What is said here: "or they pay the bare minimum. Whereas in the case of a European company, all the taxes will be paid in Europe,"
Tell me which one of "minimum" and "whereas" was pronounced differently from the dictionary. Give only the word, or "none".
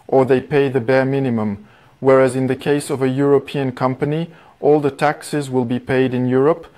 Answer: none